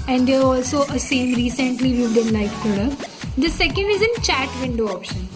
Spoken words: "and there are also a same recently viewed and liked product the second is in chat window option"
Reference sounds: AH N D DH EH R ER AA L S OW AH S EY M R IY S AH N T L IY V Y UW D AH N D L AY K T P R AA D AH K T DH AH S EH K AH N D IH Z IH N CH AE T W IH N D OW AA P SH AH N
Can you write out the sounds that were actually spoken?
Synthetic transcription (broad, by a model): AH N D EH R AA L S OW AH S EY M R IY S AH N T L IY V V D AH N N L AY T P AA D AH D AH S EH K AH N D IH Z IH N CH AE T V IH N D OW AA P SH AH N